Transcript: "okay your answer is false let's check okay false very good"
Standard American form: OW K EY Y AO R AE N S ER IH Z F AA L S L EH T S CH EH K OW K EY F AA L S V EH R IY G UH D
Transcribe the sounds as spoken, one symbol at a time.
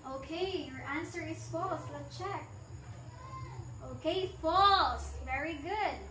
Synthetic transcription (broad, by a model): OW K EY Y AO R AE N S ER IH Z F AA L S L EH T CH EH K OW K EY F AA L S V EH R IY G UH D